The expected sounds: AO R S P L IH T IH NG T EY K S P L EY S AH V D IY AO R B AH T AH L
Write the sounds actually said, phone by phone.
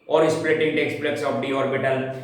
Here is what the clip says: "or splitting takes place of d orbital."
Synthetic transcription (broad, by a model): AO R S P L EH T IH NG T EY K S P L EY S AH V D IY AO R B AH T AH L